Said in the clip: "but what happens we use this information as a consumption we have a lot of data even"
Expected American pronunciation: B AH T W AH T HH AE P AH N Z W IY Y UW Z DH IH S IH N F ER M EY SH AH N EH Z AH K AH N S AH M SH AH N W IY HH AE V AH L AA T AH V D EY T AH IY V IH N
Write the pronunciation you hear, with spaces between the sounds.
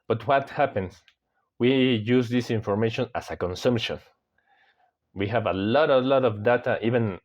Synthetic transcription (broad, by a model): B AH T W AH T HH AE P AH N S W IY Y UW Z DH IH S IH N F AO M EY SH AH N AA S AH K AH N S AH M SH AH N W IY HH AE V AH L AA T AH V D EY T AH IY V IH N